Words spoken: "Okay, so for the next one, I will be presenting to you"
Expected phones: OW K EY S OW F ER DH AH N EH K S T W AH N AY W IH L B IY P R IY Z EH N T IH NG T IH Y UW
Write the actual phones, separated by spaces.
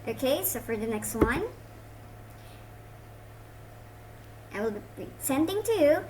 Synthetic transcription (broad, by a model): OW K EY S OW F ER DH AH N EH K S T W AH N AY W IH L B IY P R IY S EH N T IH NG T IH Y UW